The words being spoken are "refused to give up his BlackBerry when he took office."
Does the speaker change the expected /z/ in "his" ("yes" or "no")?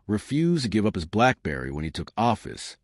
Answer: no